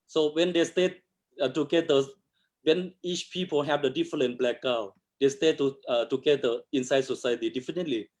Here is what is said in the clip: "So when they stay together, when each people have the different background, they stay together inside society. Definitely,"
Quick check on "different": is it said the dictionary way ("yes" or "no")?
no